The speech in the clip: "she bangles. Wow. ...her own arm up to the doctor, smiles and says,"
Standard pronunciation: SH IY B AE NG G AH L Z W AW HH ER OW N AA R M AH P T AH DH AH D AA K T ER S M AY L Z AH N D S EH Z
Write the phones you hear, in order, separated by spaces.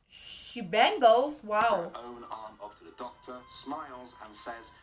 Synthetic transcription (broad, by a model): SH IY B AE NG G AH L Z W AW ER OW N AA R M AH P T AH DH AH D AA K T ER S M AY L Z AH N S EH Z